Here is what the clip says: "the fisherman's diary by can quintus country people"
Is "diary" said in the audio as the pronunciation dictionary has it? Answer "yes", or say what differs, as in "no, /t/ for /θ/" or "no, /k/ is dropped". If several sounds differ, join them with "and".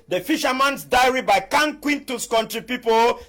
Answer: yes